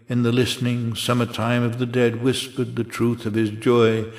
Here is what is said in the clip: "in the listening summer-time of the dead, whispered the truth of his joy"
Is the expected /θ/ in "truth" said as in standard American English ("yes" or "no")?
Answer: yes